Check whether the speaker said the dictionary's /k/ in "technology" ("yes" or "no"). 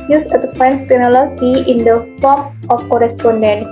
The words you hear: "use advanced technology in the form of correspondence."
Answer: no